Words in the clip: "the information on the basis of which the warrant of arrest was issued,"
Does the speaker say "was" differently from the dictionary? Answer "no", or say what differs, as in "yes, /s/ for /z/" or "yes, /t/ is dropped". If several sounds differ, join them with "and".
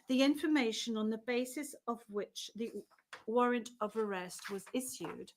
no